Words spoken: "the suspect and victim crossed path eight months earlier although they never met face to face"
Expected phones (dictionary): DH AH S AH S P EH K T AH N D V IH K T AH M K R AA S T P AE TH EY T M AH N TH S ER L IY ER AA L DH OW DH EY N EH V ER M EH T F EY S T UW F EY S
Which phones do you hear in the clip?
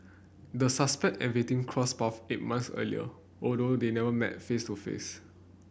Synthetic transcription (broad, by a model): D AH S AH S P EH K T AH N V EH T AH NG K R AA S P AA F EY T M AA N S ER L IY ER AA L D OW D EY N EH V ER M EH T F EY S T UW F EY S